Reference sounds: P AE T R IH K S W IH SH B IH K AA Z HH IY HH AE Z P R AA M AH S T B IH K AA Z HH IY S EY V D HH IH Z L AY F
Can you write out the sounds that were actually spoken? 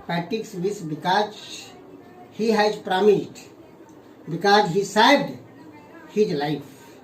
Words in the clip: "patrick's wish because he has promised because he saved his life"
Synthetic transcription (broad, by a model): P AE T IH K S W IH S B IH K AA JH HH IY HH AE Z P R AA M AH S T B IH K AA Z HH IY S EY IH D HH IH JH L AY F